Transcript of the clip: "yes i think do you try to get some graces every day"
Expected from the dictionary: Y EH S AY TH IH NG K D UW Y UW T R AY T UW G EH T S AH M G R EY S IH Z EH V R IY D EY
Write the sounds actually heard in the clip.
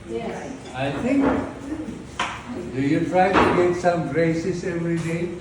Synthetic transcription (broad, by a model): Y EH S AY T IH NG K D UW Y UW T R AY T UW G EH T S AH M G R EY S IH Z EH V R IY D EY